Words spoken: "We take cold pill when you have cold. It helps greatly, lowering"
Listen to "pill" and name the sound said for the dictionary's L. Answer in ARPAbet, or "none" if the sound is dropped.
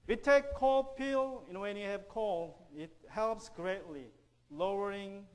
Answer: N